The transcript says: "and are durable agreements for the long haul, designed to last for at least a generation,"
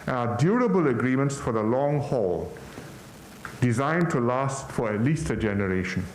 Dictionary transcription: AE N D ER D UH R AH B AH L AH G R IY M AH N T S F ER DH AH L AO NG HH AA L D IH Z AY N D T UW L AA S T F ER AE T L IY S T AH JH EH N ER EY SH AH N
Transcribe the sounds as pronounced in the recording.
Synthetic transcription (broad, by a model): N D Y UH R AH B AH L AH G R IY M AH N T S F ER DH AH L AO NG HH AA L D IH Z AY N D T UW L AA S T F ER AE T L IY S T AH JH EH N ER EY SH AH N